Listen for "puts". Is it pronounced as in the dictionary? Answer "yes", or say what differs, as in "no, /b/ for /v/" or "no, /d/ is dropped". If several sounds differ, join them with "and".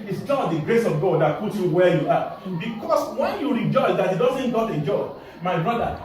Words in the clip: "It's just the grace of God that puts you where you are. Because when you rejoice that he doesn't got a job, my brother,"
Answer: no, /s/ is dropped